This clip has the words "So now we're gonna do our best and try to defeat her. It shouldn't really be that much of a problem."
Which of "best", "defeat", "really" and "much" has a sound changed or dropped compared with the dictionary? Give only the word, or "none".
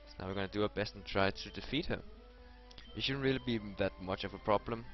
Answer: none